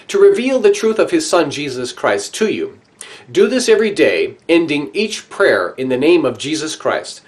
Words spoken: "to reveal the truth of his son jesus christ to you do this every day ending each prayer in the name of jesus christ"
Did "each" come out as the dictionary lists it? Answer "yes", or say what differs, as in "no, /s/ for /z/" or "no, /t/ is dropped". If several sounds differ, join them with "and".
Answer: yes